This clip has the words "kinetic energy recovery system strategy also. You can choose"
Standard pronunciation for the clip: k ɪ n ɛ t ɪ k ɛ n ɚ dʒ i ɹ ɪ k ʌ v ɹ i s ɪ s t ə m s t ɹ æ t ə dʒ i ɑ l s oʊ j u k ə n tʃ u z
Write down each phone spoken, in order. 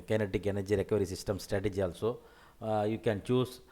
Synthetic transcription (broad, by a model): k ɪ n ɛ t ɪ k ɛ n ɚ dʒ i ɹ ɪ k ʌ ɹ i s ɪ s t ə m s t ɹ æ t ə dʒ i ɑ l s oʊ j u k ə n tʃ u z